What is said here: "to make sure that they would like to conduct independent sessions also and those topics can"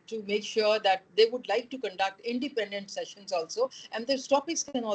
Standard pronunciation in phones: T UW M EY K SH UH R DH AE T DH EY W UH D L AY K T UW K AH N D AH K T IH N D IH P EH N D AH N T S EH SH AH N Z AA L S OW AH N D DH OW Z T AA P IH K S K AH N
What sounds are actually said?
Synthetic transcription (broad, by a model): T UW M EY K SH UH R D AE T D EY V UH D L AY K T UW K AH N D AH K T IH N D IH P EH N D AH N T S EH SH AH N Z AA L S OW AH N D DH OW S T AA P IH S K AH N